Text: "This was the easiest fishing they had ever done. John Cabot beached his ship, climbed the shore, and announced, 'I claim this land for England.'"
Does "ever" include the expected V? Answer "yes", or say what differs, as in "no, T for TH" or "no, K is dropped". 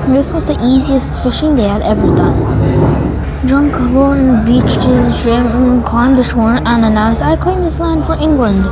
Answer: yes